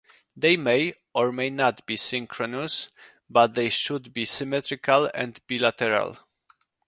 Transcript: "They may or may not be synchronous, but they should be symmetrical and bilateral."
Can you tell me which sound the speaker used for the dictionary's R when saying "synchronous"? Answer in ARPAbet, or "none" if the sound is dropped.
R